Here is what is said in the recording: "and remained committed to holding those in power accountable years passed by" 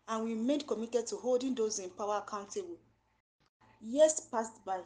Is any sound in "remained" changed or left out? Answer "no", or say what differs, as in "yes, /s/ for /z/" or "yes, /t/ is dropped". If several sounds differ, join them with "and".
yes, /n/ is dropped